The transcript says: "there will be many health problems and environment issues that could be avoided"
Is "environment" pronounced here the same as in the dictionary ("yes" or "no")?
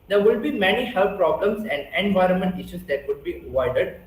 yes